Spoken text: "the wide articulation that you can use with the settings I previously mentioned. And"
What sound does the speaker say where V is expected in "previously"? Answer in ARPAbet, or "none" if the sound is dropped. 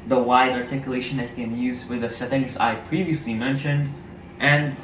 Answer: V